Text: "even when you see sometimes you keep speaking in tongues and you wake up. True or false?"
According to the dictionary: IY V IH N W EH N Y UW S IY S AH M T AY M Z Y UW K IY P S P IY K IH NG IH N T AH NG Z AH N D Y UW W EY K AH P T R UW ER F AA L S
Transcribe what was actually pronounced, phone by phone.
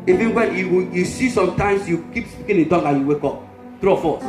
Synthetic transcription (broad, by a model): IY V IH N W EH N Y UW S IY S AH M T AY M S Y UW K IY P S P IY K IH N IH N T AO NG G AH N Y UW W EY K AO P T R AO F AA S